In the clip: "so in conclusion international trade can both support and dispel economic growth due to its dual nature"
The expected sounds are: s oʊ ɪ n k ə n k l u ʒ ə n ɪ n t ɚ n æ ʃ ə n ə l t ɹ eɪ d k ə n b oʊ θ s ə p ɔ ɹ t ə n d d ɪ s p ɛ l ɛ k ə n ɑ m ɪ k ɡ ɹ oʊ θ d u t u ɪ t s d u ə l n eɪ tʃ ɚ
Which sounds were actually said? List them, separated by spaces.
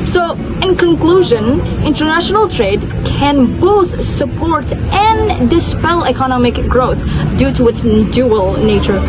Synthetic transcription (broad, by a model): s oʊ ɪ n k ə n k l u ʒ ə n ɪ n t ɚ n æ ʃ ə n ə l t ɹ eɪ d k ə n b oʊ θ s ə p ɔ ɹ t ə n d d ɪ s p ɛ l ɛ k ə n ɑ m ɪ k ɡ ɹ oʊ θ d u t u ɪ t s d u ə l n eɪ tʃ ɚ